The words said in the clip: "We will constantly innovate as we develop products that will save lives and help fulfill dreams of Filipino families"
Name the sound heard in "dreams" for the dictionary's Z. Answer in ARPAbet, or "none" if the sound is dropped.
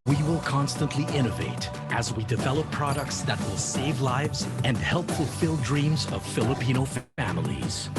Z